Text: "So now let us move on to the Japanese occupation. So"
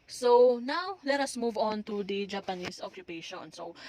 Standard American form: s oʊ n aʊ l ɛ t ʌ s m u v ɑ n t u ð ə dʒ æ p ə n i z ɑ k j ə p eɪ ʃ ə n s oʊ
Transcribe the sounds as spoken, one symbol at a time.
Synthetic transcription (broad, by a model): s oʊ n aʊ l ɛ t ʌ s m u v ɑ n t u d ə dʒ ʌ p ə n i s ɑ k j ə p eɪ ʃ ə n s oʊ